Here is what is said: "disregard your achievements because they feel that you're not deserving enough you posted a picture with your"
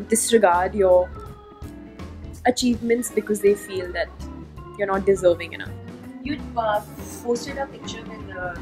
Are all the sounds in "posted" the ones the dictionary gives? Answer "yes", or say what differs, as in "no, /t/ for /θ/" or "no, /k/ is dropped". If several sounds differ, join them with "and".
no, /f/ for /p/